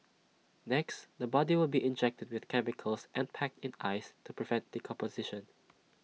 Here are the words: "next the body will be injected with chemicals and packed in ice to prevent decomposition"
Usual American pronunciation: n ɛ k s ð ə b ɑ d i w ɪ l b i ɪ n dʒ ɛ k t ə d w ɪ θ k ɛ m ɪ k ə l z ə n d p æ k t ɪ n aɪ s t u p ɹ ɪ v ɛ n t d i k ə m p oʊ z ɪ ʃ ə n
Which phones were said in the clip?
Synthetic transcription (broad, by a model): n ɛ k s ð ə b ɑ d i w ɪ l b i ɪ n dʒ ɛ k t ə d w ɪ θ k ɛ m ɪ k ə l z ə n p æ k t ɪ n aɪ s t u p ɹ ɪ v ɛ n t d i k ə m p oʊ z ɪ ʃ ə n